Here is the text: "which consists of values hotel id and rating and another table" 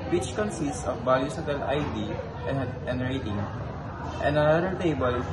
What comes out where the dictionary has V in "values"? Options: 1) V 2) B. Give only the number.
2